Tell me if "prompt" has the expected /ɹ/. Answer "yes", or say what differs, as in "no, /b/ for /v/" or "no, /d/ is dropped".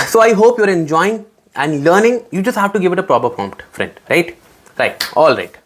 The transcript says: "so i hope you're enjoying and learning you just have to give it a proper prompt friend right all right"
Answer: no, /ɹ/ is dropped